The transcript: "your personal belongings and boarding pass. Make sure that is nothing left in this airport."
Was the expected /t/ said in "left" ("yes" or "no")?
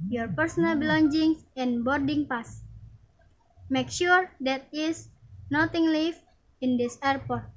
no